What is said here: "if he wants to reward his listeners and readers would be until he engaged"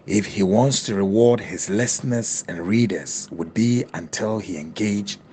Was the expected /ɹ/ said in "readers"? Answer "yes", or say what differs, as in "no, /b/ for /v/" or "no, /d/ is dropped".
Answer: yes